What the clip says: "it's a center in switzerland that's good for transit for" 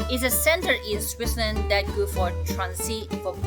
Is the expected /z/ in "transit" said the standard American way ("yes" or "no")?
no